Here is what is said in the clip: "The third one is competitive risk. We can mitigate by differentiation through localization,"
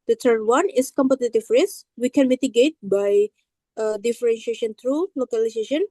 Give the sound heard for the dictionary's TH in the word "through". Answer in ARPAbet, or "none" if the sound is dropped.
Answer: T